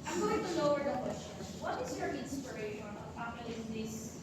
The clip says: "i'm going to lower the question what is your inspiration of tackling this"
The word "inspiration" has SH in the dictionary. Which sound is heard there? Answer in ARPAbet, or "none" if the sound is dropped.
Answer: none